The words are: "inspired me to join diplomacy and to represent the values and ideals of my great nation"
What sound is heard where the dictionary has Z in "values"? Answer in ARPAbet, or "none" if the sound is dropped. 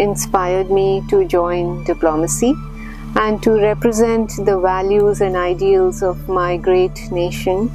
Z